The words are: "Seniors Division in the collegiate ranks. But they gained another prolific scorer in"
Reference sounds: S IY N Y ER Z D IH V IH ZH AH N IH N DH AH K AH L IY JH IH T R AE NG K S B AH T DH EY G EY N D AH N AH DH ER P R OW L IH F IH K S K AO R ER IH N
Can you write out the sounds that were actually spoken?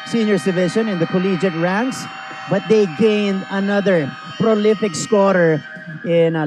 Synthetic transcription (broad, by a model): S IY N Y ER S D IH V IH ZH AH N IH N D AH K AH L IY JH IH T R AE NG K S B AH T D EY G EY N D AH N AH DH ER P R OW L IH F IH K S K AO R ER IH N